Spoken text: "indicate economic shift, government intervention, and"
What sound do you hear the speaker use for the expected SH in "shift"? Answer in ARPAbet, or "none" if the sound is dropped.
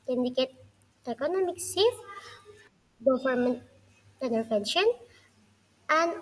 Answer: S